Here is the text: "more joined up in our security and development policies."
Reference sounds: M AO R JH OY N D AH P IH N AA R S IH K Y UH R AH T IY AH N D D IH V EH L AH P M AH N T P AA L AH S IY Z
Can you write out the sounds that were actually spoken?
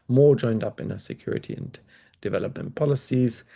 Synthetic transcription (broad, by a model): M AO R JH OY N D AH P IH N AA S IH K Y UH R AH T IY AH N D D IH V EH L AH P M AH N P AA L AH S IY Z